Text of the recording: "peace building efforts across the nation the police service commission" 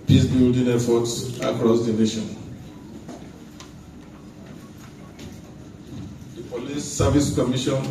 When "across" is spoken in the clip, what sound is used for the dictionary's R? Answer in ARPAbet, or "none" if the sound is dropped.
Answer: R